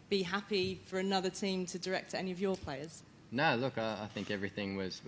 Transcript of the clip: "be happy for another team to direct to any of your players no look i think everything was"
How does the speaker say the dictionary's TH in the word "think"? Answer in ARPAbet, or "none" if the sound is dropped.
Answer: TH